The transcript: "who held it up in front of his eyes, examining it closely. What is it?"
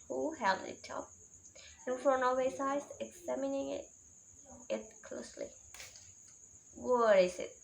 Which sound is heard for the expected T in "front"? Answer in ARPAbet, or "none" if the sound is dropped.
none